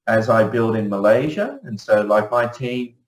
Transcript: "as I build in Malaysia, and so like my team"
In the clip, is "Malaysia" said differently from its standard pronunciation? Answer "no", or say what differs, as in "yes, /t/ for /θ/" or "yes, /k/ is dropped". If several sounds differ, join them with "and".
no